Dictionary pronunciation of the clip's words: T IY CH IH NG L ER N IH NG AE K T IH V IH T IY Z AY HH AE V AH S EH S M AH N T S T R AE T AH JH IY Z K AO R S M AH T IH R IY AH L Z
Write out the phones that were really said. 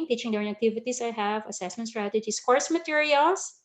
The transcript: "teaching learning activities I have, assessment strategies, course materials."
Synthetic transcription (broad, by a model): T IY CH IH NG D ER IH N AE K T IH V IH T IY S AY HH AE V AH S EH S M AH N T S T R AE T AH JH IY S K AO R S M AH T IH R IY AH L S